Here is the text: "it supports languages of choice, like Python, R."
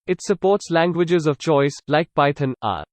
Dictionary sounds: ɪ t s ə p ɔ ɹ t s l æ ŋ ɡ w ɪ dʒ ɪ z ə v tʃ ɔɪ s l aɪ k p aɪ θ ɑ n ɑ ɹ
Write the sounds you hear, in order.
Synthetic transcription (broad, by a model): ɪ t s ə p ɔ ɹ t s l æ ŋ ɡ w ɪ dʒ ɪ z ə v tʃ ɔɪ s l aɪ k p aɪ t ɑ n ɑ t